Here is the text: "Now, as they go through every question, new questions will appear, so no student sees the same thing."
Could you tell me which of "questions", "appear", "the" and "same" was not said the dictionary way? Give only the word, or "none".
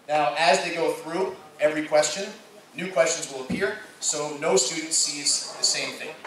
none